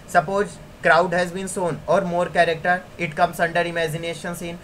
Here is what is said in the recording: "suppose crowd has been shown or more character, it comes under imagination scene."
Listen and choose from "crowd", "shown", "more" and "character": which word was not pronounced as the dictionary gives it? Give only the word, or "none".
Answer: shown